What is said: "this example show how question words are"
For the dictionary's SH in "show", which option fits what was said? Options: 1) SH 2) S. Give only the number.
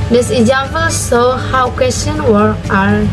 2